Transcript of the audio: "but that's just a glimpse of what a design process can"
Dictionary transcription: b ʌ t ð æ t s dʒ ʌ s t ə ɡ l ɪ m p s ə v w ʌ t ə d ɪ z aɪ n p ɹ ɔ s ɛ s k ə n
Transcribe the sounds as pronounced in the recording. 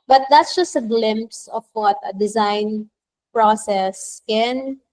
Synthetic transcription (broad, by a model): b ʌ t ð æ t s dʒ ʌ s t ə ɡ l ɪ m p s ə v w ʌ t ə d ɪ z aɪ n p ɹ ɔ s ɛ s k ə n